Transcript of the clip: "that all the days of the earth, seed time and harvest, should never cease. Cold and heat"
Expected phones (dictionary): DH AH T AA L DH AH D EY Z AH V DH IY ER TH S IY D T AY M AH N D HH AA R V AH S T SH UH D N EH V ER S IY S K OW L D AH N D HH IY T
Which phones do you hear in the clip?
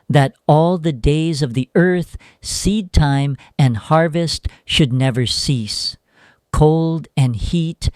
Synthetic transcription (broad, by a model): DH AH T AA L DH AH D EY Z AH V DH IY ER TH S IY D T AY M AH N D HH AA R V AH S T SH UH D N EH V ER S IY S K OW L D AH N HH IY T